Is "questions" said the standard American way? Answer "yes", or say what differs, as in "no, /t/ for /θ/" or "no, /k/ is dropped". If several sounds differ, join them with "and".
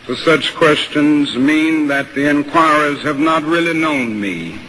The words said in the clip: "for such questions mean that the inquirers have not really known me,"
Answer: yes